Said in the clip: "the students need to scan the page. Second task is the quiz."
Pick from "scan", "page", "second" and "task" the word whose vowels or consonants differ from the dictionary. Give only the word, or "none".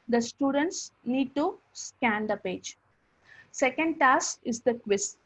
task